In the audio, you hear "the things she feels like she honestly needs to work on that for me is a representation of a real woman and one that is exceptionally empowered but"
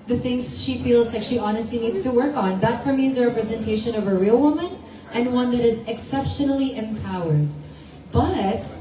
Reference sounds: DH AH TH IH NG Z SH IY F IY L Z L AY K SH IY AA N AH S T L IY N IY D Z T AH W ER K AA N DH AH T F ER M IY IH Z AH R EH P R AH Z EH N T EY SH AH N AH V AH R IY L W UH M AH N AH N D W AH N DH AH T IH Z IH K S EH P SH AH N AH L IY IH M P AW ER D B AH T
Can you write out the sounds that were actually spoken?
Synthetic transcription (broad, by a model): DH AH TH IH NG Z SH IY F IY L Z L AY K SH IY AA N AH S T L IY N IY D Z T AH W ER K N DH AH T F ER M IY IH Z AH R EH P R AH Z EH N T EY SH AH N AH V AH R IY L W UH M AH N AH N W AH N DH AH T IH Z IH K S EH P SH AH N L IY IH M P AW ER D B AH T